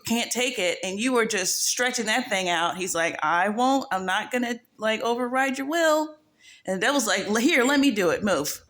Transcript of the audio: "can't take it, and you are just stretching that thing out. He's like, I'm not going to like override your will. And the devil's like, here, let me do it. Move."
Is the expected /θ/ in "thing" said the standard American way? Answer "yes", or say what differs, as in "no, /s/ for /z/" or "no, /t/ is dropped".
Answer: yes